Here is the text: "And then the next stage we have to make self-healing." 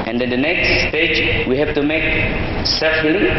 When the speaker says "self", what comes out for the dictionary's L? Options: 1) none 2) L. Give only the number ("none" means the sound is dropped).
1